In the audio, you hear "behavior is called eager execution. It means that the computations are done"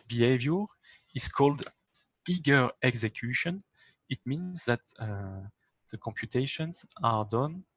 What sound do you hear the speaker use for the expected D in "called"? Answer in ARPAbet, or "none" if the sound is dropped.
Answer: D